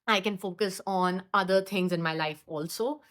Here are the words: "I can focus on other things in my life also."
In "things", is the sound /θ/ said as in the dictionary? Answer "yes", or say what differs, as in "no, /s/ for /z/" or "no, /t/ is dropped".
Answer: no, /t/ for /θ/